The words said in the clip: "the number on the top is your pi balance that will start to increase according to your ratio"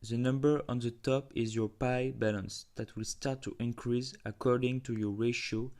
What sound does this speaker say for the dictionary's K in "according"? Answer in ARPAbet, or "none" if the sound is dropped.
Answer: K